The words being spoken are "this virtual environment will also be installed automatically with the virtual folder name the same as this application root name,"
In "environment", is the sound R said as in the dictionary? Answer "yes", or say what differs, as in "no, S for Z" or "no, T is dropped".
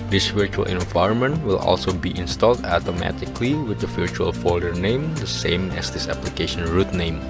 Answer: yes